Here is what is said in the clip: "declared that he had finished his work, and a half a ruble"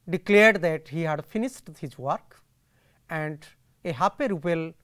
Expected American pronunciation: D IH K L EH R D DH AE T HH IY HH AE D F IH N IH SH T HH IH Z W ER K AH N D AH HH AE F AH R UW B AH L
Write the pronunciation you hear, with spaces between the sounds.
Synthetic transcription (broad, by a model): D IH K L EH R D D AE T HH IY HH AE D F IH N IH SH T HH IH Z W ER K AH N D AH HH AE P AH R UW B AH L